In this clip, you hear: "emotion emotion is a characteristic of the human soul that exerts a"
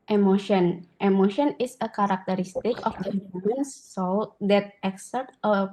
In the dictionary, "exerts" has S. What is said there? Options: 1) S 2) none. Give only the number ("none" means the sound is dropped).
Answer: 2